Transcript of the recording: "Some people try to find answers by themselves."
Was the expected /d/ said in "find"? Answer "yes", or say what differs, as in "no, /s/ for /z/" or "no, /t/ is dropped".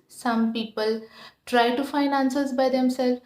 no, /d/ is dropped